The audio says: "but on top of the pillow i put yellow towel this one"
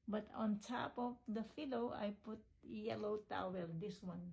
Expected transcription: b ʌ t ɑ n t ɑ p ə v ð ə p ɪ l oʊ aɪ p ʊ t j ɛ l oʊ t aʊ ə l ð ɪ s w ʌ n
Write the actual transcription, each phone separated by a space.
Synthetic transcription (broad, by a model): b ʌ t ɑ n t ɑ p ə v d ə f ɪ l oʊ aɪ p ʊ t j ɛ l oʊ t aʊ ə l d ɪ s w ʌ n